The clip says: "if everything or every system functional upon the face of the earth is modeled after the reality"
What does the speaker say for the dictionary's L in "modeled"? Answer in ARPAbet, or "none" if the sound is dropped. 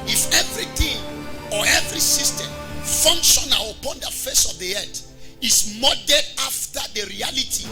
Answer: none